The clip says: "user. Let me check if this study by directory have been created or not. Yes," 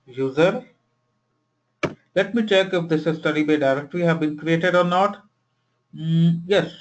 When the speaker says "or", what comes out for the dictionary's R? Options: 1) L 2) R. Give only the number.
2